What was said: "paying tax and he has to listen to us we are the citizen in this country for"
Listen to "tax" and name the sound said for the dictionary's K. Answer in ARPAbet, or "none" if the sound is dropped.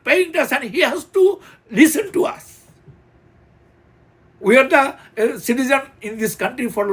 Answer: none